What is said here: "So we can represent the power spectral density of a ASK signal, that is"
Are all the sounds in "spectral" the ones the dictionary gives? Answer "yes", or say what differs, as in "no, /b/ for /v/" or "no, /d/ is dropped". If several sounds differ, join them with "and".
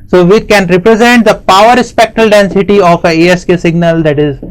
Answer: no, /ɹ/ is dropped